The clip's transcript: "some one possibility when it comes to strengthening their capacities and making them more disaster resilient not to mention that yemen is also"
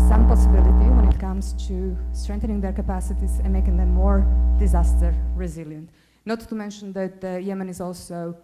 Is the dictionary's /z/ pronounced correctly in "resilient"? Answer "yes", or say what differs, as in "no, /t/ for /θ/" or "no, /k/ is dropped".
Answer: yes